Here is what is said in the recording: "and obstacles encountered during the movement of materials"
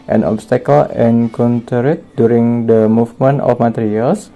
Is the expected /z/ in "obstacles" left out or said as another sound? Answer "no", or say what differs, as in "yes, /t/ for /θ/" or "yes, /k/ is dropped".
yes, /z/ is dropped